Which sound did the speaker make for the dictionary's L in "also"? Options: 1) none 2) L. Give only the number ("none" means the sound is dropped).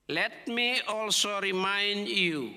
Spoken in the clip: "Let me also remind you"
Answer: 2